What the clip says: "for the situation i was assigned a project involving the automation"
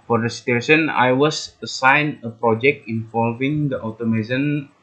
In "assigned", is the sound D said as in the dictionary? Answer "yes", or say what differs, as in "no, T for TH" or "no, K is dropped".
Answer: no, D is dropped